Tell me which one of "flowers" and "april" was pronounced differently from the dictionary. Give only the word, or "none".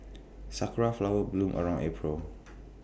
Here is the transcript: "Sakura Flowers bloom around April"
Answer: flowers